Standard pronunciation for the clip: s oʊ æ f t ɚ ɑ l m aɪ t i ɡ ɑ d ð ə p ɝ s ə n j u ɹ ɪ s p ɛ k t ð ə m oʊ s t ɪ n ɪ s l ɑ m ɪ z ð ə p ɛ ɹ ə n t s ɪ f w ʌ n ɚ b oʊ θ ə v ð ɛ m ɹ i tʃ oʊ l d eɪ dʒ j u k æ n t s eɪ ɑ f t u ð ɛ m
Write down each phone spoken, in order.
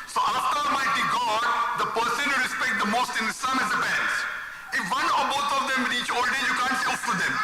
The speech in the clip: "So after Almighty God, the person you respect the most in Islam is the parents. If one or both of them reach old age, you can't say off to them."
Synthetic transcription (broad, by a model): s oʊ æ f t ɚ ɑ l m aɪ t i ɡ ɑ d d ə p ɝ s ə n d ɹ ɪ s p ɛ k t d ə m oʊ s t ɪ n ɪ s ɑ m ɪ z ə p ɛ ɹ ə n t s ɪ f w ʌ n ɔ b oʊ t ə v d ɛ m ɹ i tʃ oʊ l d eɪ j u k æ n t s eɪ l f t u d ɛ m